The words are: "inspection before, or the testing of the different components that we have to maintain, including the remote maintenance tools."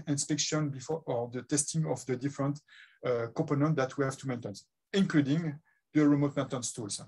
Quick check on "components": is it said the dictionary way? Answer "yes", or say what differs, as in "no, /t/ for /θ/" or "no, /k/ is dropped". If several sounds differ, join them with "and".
no, /m/ is dropped